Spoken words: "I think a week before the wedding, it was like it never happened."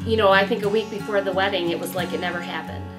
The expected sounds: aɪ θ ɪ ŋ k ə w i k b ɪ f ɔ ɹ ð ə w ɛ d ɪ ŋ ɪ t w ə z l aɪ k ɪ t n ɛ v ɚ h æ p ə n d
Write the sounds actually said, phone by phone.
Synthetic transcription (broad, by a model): aɪ θ ɪ ŋ k ə w i k b ɪ f ɔ ɹ ð ə w ɛ d ɪ ŋ ɪ t w ə z l aɪ k ɪ t n ɛ v ɚ h æ p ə n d